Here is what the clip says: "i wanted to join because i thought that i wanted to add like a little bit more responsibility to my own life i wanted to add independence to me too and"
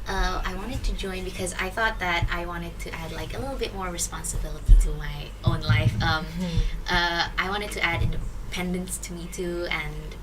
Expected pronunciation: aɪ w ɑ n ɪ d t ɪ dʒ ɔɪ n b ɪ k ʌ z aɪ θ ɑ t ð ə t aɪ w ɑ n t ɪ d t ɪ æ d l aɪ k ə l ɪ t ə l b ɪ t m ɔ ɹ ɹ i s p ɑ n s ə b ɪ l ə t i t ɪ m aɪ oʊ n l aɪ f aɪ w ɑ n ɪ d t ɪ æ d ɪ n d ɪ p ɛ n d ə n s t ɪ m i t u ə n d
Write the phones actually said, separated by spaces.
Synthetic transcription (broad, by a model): aɪ w ɑ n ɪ d t ɪ dʒ ɔɪ n b ɪ k ʌ z aɪ θ ɑ t ð ə t aɪ w ɑ n t ɪ d t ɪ æ d l aɪ k ə l ɪ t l b ɪ t m ɔ ɹ ɹ i s p ɑ n s ə b ɪ l ə t i t ɪ m aɪ oʊ n l aɪ f aɪ w ɑ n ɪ d t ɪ æ d ɪ n d ɪ p ɛ n d ə n s t ɪ m i t u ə n